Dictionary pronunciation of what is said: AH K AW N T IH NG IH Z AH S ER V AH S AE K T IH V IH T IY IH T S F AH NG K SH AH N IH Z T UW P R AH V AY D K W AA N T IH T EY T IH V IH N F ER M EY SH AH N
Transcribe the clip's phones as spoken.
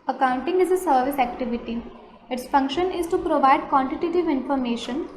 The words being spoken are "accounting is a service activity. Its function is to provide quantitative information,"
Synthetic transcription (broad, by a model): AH K AW N T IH NG IH Z AH S ER V AH S AE K T IH V IH T IY IH T S F AH NG K SH AH N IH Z T UW P R AH V AY D K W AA N T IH T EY T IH V IH N F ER M EY SH AH N